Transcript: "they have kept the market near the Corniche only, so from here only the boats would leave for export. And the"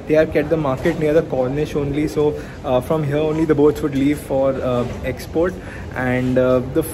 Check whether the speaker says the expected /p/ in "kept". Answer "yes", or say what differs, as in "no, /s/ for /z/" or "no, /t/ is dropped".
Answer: no, /p/ is dropped